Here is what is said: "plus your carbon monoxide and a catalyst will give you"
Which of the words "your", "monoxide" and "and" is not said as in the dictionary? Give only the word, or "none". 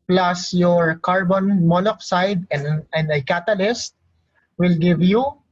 monoxide